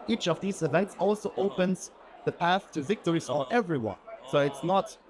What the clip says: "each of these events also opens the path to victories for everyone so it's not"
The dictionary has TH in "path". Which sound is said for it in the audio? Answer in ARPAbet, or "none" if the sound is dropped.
TH